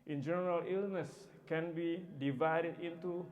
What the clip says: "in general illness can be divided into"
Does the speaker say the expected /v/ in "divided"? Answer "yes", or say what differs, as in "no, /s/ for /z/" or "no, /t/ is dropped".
yes